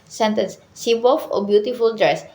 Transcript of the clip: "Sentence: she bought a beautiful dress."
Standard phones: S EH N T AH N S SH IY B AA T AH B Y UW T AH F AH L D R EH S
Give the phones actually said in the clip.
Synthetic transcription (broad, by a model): S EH N T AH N S S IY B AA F AH B Y UW T AH F AH L D R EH S